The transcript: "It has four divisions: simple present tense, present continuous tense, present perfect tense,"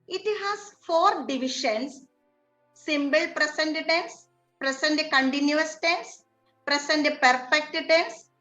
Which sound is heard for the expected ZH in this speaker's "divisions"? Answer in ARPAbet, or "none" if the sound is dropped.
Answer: SH